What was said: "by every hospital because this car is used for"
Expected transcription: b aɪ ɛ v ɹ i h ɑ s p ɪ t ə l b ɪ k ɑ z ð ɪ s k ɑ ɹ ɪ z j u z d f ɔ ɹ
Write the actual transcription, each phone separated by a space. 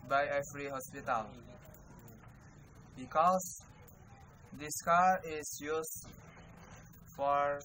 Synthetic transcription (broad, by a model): b aɪ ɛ f ɹ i h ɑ s p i t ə l b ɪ k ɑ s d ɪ s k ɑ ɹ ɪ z j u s f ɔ ɹ